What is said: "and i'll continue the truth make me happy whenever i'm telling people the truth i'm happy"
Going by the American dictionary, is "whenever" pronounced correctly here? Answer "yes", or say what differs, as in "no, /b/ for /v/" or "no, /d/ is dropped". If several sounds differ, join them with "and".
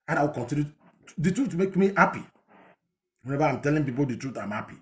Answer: no, /b/ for /v/